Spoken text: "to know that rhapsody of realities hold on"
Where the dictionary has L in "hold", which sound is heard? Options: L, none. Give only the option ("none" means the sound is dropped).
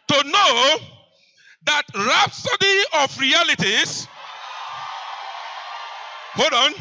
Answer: none